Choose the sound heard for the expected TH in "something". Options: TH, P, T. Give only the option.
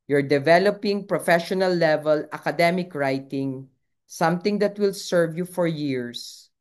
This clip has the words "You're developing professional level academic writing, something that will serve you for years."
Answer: T